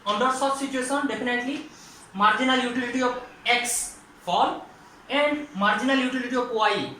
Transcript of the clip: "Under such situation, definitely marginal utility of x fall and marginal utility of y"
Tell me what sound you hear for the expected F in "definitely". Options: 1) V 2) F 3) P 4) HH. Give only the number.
3